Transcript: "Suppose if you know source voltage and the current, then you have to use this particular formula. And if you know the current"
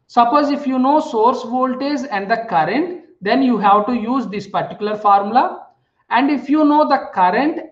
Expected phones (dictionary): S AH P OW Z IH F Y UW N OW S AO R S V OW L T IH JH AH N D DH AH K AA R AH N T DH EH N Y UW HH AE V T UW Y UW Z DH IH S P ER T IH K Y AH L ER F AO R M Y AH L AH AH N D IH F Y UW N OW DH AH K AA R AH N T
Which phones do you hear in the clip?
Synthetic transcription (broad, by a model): S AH P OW Z IH F Y UW N OW S AO R S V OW L T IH Z AH N D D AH K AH R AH N T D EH N Y UW HH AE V T UW Y UW Z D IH S P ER T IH K Y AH L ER F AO R M L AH AH N D IH F Y UW N OW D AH K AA R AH N T